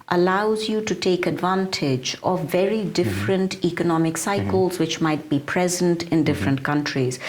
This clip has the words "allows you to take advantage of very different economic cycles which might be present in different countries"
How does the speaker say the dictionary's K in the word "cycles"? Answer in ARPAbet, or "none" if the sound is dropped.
K